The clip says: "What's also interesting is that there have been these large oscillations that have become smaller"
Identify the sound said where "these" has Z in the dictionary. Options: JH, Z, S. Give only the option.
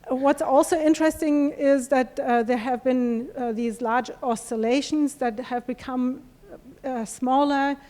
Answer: Z